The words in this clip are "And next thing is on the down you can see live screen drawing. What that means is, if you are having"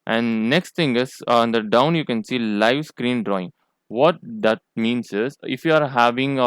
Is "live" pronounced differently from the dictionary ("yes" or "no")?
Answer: no